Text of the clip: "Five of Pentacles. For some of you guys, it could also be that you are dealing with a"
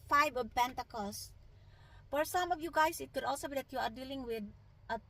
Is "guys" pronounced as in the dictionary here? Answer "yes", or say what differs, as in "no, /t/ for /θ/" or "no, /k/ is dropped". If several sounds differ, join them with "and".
no, /s/ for /z/